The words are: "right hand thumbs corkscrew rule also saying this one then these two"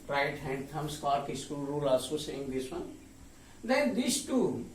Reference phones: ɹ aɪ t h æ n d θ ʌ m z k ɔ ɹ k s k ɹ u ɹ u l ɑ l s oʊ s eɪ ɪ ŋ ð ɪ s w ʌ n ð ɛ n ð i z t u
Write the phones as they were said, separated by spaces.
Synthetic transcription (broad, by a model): ɹ aɪ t h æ n d t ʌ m s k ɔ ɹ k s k u ɹ u l ɑ l s oʊ s eɪ ɪ ŋ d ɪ s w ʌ n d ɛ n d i s t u